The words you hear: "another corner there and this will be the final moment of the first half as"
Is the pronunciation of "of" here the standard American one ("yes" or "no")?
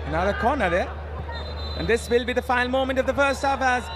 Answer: yes